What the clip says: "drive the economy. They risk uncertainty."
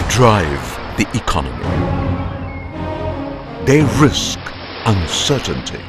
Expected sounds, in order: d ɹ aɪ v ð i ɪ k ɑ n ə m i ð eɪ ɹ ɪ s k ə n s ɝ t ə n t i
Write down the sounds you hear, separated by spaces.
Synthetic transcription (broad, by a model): d ɹ aɪ v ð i ɪ k ɑ n ə m i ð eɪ ɹ ɪ s k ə n s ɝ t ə n t i